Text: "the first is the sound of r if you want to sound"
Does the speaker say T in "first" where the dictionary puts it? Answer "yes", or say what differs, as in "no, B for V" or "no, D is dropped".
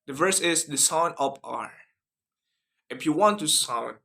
no, T is dropped